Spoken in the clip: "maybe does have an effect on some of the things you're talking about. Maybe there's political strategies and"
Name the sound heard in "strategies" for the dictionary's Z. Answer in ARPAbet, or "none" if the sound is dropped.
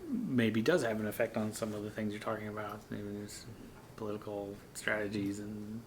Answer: Z